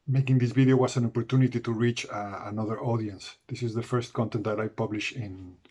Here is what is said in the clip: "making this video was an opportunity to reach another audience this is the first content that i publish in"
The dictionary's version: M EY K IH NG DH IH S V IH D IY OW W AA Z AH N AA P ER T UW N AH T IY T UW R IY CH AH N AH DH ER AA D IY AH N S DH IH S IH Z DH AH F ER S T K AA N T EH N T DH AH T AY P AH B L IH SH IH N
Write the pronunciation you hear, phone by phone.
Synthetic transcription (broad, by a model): M EY K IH NG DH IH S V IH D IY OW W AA S AH N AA P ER T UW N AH T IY T UW R IY CH AH N AH DH ER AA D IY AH N S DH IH S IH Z DH AH F ER S T K AA N T EH N T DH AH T AY P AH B L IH SH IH N